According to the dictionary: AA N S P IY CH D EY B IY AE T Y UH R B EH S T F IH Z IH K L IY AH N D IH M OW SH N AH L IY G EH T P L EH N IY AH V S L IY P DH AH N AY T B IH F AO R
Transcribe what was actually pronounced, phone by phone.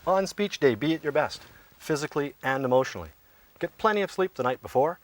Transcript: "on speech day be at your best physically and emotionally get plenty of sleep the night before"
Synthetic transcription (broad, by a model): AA N S P IY CH D EY B IY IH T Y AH R B EH S T F IH Z IH K L IY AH N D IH M OW SH N L IY G EH T P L EH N IY AH V S L IY P DH AH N AY T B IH F AO R